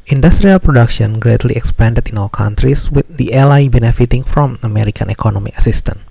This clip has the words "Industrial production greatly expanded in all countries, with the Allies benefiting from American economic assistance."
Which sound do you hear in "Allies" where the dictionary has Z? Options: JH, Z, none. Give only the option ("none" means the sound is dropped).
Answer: none